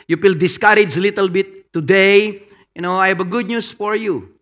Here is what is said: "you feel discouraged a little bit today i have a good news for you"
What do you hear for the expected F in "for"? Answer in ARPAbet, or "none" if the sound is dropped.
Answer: F